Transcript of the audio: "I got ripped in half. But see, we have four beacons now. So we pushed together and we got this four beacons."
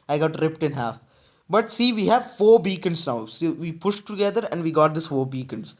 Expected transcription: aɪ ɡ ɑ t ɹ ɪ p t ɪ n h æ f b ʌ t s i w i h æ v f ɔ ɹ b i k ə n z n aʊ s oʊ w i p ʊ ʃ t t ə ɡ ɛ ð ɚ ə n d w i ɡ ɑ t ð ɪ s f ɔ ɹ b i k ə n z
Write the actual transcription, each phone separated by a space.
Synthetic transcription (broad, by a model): aɪ ɡ ɑ t ɹ ɪ p t ɪ n h æ f b ʌ t s i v i h æ v f ɔ ɹ b i k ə n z n aʊ s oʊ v i p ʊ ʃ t t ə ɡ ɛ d ɚ ə n d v i ɡ ɑ t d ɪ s f ɔ ɹ b i k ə n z